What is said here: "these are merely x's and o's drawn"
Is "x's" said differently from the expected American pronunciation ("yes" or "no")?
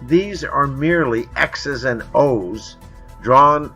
no